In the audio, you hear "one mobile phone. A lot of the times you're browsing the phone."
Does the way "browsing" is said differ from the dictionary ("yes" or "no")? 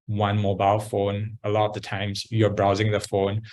no